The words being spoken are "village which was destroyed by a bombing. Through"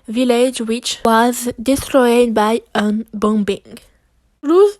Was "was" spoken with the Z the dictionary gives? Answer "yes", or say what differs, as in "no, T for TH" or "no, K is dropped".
yes